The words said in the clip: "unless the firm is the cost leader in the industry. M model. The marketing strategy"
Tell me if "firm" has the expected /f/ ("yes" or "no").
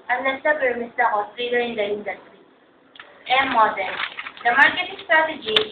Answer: no